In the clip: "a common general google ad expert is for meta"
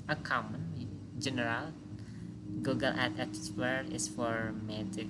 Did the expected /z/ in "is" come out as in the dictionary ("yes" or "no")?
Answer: no